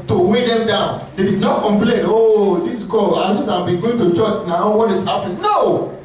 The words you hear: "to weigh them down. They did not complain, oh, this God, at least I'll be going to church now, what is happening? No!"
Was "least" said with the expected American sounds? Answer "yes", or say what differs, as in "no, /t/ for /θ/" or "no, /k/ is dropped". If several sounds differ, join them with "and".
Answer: no, /t/ is dropped